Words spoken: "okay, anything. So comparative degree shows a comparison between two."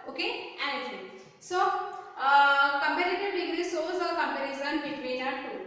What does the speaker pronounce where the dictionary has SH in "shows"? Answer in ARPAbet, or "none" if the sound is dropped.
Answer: S